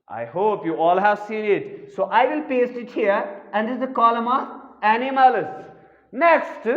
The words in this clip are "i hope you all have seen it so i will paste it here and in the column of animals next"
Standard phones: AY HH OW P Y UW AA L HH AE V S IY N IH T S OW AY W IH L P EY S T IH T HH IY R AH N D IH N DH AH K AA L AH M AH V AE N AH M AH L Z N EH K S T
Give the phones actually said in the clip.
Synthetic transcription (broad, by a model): AY HH OW P Y UW AA L HH AE V S IY N IH T S OW AY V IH L P EY S T IH T HH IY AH AH N D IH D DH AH K AA L AH M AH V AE N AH M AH L S N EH K S T